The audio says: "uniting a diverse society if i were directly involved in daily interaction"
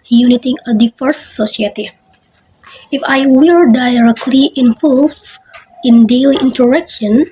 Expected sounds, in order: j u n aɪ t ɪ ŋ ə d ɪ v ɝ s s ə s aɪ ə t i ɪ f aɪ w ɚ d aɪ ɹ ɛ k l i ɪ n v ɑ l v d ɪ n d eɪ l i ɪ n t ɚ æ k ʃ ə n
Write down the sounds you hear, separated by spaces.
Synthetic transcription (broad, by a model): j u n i t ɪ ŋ ə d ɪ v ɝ s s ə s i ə t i ɪ f aɪ w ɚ d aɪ ɹ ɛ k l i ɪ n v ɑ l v ɪ n d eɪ l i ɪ n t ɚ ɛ k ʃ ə n